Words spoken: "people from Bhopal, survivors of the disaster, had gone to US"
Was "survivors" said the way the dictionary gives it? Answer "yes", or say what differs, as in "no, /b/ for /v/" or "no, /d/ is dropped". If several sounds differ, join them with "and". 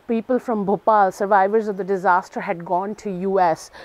yes